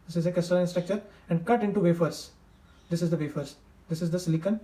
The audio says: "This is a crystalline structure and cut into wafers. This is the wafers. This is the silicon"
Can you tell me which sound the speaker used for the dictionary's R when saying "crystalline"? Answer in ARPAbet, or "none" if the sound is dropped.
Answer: none